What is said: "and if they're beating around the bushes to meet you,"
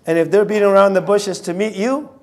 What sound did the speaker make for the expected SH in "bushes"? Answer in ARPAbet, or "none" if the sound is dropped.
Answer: SH